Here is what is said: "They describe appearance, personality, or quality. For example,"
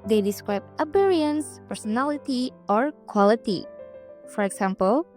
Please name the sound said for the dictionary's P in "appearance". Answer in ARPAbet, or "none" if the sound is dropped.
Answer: B